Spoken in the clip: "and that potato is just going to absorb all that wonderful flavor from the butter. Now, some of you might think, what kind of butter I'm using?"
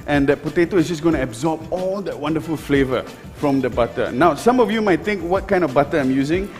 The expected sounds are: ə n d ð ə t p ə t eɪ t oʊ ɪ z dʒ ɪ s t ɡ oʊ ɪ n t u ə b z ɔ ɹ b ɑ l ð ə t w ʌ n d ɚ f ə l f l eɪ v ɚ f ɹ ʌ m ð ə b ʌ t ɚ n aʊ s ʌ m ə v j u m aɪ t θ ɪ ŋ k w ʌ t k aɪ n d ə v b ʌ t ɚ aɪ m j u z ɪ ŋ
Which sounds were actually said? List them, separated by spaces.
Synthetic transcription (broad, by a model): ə n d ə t p ə t eɪ t oʊ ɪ s dʒ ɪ s ɡ oʊ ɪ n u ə b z ɔ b ɑ l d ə t w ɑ n d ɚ f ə l f l eɪ v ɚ f ɹ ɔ m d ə b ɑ t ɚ n aʊ s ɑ m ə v j u m aɪ t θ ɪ ŋ k w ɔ t k aɪ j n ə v b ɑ t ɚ aɪ m j u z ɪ ŋ